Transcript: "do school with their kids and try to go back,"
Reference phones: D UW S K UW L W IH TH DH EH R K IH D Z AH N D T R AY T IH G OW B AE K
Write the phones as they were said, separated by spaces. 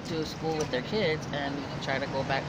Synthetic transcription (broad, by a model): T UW S K UW L W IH DH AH R K IH D Z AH N T R AY T IH G OW B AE K